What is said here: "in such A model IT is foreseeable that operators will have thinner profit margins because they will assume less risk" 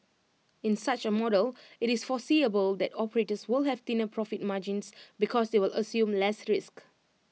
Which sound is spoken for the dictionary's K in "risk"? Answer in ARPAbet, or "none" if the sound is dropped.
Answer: K